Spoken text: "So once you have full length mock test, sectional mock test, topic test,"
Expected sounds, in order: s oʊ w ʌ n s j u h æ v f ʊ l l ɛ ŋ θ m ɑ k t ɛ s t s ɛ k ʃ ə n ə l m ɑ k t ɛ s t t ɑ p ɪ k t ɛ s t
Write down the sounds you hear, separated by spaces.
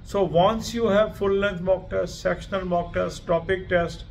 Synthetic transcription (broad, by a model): s oʊ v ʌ n s j u h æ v f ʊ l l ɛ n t m ɑ k t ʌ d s s ɛ k ʃ ə n ə l m ɑ k t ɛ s t t ɑ p ɪ k t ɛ s t